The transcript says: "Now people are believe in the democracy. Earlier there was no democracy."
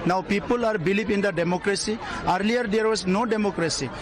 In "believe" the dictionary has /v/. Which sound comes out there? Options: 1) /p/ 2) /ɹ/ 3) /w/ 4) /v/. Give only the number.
1